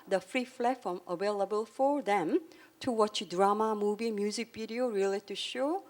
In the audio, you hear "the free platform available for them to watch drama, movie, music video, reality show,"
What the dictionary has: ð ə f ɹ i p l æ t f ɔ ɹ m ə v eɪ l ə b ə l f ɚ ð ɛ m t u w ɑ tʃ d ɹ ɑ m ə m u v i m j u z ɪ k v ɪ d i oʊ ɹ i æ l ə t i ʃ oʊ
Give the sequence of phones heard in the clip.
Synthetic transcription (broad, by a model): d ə f ɹ i f l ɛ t f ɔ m ə v eɪ l ə b ə l f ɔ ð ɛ m t u w ɑ tʃ d ɹ ɑ m ə m u v i m j u z ɪ k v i d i oʊ ɹ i l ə t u ʃ oʊ